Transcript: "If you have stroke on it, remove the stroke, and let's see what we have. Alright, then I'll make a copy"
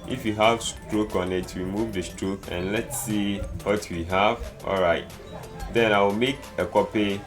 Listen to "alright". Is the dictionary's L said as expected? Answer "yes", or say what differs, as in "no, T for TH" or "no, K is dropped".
yes